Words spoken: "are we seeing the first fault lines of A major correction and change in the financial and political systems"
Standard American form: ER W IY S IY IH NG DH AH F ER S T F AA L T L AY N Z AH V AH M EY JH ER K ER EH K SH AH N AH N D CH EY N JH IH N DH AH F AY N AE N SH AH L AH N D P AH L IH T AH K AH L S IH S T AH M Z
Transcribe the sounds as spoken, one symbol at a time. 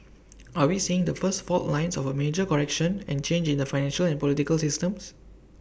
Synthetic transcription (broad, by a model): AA W IY S IY IH NG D AH F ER S T F AA T L AY N S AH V AH M EY JH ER K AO EH K SH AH N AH N CH EY N JH IH N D AH F AY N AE N SH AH L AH N P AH L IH T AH K AH L S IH S T AH M S